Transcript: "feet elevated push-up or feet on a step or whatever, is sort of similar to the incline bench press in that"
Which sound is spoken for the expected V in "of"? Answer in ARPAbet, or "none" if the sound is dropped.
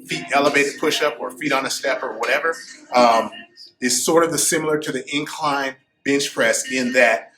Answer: V